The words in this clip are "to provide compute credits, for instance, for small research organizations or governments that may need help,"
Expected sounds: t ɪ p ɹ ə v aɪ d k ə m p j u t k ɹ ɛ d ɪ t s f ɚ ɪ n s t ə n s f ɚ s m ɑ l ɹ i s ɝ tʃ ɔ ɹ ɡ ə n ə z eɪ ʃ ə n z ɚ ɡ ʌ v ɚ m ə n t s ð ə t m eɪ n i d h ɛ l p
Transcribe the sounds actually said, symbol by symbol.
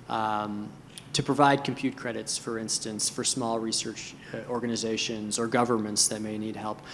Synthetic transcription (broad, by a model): t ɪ p ɹ ə v aɪ d k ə m p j u t k ɹ ɛ d ɪ t s f ɚ ɪ n s t ə n s f ɚ s m ɑ l ɹ i s ɝ tʃ ɔ ɹ ɡ ə n ə z eɪ ʃ ə n z ɚ ɡ ʌ v ɚ m ə n t s ð ə t m eɪ n i d h ɛ l p